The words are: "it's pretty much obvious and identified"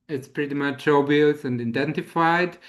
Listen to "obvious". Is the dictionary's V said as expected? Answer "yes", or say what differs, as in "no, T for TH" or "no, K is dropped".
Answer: no, V is dropped